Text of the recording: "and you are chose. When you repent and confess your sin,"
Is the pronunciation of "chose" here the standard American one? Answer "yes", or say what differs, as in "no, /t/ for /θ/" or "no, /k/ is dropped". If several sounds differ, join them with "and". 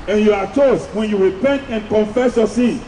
no, /s/ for /z/